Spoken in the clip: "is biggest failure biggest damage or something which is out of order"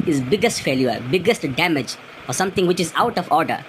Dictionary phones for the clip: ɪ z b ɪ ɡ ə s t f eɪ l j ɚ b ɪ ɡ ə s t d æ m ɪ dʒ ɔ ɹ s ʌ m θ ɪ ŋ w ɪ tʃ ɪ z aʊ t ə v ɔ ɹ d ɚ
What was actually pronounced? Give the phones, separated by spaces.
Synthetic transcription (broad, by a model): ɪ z b ɪ ɡ ə s t f eɪ l j ɚ b ɪ ɡ ə s t d æ m ɪ dʒ ɔ ɹ s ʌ m t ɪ ŋ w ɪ tʃ ɪ z aʊ t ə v ɔ ɹ d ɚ